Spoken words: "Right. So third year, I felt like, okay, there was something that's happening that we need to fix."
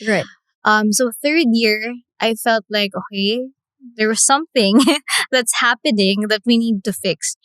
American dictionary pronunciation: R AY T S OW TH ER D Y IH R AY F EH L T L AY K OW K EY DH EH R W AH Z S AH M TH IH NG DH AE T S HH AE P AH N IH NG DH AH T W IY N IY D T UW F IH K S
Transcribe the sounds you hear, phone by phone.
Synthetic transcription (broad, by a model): R AY T S OW TH ER D Y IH R AY F EH L T L AY K OW K EY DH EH R W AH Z S AH M TH IH NG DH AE T S HH AE P AH N IH NG DH AH T W IY N IY D T UW F IH K S